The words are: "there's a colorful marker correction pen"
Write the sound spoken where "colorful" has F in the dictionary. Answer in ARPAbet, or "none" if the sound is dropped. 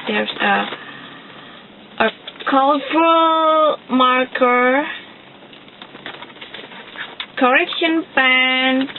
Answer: none